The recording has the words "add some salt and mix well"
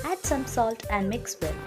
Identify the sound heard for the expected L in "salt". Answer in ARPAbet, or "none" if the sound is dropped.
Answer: L